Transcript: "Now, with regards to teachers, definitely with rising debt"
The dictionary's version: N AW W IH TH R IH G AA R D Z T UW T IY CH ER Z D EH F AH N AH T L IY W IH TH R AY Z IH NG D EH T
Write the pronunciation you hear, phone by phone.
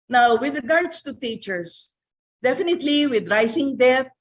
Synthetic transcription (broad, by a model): N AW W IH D R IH G AA R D S T UW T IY CH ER S D EH F AH N AH T L IY W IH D R AY S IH NG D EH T